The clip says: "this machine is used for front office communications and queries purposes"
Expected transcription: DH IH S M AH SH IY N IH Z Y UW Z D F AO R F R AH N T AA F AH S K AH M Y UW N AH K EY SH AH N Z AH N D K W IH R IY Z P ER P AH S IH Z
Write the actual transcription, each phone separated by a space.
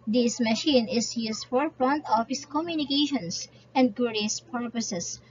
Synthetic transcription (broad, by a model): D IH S M AH SH IY N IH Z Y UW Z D F AO R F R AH N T AA F AH S K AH M Y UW N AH K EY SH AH N S AH N D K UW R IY S P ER P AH S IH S